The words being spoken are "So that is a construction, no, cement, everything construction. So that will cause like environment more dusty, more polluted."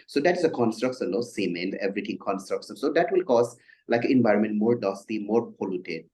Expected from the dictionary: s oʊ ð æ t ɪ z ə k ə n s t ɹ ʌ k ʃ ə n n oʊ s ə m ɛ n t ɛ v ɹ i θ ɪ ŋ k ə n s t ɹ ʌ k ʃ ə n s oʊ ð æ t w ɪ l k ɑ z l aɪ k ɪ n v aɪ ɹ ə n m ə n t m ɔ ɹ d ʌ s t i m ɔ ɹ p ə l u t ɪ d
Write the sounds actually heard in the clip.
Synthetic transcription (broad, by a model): s oʊ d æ t ɪ z ə k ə n s t ɹ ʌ k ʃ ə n n oʊ s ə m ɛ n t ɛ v ɹ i t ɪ ŋ k ə n s t ɹ ʌ k ʃ ə n s oʊ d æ t w ɪ l k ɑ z l aɪ k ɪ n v aɪ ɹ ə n m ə n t m ɔ ɹ d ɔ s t i m ɔ ɹ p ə l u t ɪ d